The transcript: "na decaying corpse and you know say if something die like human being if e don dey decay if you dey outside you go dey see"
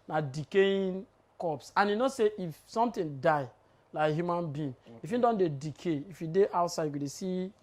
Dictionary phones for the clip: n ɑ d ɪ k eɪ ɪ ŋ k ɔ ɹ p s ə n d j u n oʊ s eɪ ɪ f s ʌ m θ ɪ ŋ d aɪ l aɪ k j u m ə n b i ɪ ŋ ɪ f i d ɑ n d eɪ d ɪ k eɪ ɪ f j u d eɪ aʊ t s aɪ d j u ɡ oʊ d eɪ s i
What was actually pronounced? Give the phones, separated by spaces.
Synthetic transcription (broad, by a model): n ɑ d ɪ k eɪ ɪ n k ɔ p s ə n j u n oʊ s eɪ ɪ f s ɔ m t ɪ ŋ d aɪ l aɪ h j u m ə n b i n ɪ f i d ɑ n d eɪ d ɪ k eɪ ɪ f j u d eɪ aʊ t s aɪ d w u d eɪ s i